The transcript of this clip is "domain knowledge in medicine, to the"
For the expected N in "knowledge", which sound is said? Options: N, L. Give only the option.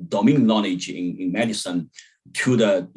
L